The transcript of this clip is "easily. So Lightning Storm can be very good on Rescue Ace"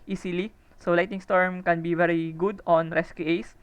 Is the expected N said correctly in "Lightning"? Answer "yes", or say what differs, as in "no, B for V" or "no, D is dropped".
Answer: no, N is dropped